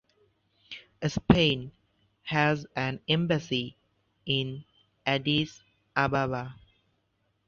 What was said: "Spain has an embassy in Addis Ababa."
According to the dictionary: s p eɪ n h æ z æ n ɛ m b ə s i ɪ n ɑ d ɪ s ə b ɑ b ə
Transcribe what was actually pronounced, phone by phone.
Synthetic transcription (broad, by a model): s p eɪ n h æ z æ n ɛ m b ə s i ɪ n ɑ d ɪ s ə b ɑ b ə